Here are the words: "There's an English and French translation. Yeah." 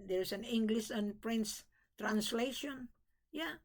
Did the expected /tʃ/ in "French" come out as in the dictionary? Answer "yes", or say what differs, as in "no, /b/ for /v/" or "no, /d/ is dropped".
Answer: no, /s/ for /tʃ/